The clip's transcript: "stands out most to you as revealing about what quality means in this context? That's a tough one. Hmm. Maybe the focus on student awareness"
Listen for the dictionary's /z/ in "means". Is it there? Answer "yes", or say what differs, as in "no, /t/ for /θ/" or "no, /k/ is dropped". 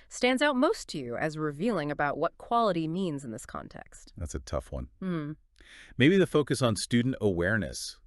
yes